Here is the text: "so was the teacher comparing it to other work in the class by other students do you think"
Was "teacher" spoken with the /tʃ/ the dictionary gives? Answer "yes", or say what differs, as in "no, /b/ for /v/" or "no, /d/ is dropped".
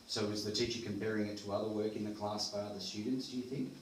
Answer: yes